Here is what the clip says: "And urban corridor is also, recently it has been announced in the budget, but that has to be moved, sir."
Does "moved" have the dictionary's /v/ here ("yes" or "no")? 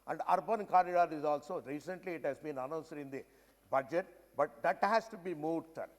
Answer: no